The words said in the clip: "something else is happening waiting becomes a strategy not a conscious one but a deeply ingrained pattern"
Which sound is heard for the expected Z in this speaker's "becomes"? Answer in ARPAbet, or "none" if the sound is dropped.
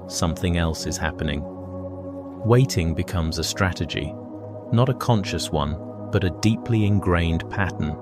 Z